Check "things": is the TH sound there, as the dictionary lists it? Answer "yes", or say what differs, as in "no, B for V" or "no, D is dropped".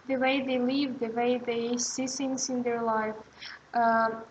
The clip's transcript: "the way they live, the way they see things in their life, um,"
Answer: no, S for TH